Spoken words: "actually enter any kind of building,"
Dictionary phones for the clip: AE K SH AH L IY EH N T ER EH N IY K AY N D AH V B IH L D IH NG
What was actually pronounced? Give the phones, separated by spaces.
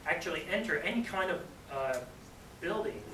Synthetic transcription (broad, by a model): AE K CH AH L IY EH N T ER EH N IY K AY N D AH V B IH L D IH NG